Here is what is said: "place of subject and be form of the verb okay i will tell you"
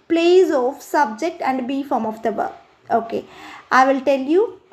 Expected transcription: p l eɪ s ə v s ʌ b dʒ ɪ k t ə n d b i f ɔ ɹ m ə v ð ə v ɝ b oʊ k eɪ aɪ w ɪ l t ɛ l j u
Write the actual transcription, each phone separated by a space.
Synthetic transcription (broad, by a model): p l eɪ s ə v s ʌ b dʒ ɪ k t ə n d b i f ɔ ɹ m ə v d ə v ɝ oʊ k eɪ aɪ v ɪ l t ɛ l j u